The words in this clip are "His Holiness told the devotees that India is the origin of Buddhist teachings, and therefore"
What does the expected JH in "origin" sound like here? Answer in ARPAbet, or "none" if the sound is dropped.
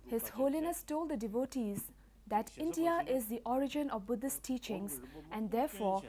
JH